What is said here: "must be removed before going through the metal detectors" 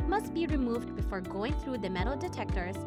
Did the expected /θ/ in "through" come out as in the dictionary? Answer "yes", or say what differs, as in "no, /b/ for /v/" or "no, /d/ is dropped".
yes